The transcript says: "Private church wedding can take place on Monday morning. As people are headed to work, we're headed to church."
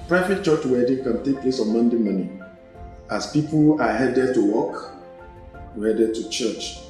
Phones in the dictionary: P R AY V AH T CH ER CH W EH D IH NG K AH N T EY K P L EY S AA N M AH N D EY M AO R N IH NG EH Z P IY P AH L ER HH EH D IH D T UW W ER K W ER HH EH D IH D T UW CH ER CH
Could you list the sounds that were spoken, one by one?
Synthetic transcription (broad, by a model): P R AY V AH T CH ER CH W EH D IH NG K AH N T EY K P L EY S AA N M AH N D EY M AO N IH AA S P IY P AH L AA HH EH D IH D T UW W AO K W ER HH EH D IH D T UW CH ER CH